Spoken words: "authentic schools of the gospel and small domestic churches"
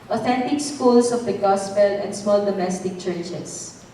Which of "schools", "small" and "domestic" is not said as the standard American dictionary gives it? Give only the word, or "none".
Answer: schools